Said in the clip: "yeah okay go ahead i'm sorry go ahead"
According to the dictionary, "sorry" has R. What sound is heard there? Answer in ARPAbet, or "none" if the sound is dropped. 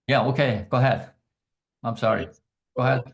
R